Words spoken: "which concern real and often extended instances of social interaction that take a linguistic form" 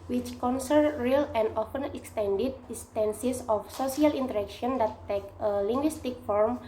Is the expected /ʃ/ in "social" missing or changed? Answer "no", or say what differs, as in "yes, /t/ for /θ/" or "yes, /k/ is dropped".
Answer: yes, /s/ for /ʃ/